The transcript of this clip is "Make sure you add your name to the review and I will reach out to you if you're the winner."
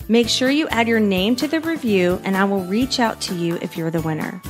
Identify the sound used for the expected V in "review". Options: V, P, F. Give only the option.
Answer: V